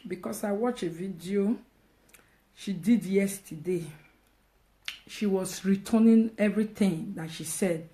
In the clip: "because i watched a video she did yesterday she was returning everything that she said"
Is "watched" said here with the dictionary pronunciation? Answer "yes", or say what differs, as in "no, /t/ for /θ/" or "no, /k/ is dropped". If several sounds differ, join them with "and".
no, /t/ is dropped